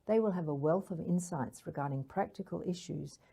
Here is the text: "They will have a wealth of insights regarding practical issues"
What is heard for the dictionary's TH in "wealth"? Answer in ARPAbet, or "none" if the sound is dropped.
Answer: TH